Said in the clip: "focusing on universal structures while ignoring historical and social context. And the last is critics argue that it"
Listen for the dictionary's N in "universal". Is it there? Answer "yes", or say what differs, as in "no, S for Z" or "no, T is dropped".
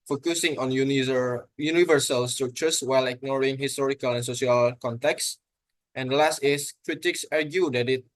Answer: yes